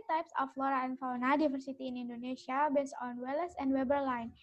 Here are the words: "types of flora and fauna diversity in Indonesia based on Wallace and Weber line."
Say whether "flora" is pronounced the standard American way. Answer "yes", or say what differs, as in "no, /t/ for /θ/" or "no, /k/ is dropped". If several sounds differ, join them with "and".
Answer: yes